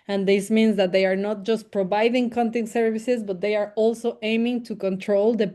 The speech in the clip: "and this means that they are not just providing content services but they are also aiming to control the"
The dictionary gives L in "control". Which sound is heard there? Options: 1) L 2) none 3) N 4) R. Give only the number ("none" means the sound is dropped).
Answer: 1